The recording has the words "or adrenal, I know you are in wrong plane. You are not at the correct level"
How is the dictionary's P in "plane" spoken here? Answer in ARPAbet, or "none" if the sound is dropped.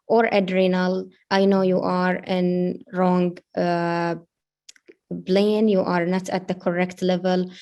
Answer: B